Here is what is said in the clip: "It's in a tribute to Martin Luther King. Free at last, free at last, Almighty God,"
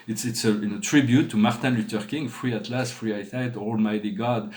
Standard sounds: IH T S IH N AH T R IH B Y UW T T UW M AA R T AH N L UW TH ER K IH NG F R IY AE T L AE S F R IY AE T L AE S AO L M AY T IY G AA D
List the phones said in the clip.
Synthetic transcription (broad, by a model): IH T S IH N AH T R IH B Y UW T T UW M AA R T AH L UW T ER K IH NG F R IY AE T L AE S F R IY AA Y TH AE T AO L M AY T IY G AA D